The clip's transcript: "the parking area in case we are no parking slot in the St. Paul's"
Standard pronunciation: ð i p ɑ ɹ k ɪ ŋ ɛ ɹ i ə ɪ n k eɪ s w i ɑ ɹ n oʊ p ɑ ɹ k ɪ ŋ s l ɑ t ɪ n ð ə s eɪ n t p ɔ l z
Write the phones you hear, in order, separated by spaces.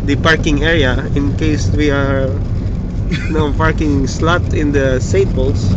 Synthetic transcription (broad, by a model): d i p ɑ ɹ k ɪ ŋ ɛ ɹ i ə ɪ n k eɪ s w i ɑ ɹ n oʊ p ɑ ɹ k ɪ ŋ s l ɑ t ɪ n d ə s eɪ t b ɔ l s